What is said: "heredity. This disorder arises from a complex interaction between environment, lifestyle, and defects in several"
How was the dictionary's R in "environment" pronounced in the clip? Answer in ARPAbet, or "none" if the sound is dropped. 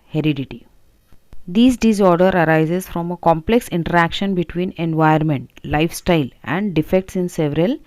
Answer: none